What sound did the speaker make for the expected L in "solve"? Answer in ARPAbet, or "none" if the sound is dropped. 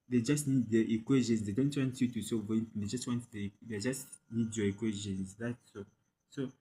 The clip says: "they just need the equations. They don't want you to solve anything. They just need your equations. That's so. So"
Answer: none